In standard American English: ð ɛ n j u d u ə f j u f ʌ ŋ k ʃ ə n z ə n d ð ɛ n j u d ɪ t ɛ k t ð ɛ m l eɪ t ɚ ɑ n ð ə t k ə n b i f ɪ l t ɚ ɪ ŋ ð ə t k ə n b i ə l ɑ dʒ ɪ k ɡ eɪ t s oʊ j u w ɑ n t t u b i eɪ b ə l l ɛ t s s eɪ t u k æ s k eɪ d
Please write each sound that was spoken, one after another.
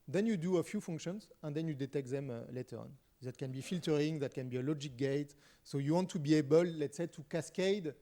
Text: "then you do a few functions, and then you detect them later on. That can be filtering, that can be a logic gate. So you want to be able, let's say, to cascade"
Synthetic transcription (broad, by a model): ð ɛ n j u d u ə f j u f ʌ ŋ k ʃ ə n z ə n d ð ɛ n j u d ɪ t ɛ k t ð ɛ m l eɪ t ɚ ɑ n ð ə t k ə n b i f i l t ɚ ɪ ŋ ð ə t k ə n b i ə l ɑ dʒ ɪ k ɡ eɪ t s oʊ j u w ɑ n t t u b i eɪ b ə l l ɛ t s s eɪ t u k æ s k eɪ d